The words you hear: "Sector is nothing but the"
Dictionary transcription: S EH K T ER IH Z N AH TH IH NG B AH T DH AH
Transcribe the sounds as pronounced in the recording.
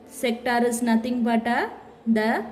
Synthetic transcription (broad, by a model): S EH K T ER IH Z N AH T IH NG B AH T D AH